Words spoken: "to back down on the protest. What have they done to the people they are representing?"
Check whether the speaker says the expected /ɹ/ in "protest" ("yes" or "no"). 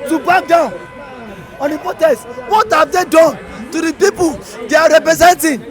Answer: no